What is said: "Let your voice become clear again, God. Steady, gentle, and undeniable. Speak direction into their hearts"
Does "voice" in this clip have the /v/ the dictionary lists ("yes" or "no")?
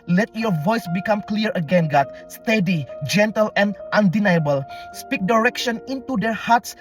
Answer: yes